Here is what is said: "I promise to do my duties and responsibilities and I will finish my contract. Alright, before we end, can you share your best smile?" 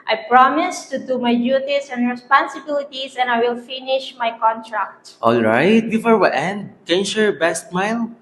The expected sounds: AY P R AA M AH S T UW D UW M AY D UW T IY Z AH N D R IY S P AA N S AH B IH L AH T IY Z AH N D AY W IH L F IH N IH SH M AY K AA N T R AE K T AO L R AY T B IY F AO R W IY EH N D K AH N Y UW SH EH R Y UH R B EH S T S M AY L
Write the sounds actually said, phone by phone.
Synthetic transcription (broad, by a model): AY P R AA M AH S T UW D UW M AY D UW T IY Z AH N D R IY S P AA N S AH B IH L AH T IY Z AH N AY W IH L F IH N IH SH M AY K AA N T R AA K T AO L R AY T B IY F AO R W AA EH N D K AH N Y UW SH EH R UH R B EH S T M AY L